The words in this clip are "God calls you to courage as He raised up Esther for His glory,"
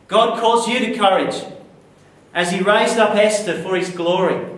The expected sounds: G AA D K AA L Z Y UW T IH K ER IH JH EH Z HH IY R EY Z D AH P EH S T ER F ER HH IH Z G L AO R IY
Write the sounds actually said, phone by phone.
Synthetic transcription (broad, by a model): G AA D K AA Z Y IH T IH K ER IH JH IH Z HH IY R EY Z D AH P EH S T ER F ER IH Z G L AO R IY